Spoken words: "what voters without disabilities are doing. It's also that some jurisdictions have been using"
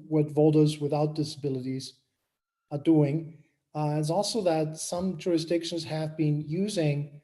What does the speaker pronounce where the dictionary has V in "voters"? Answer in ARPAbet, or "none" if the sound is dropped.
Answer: V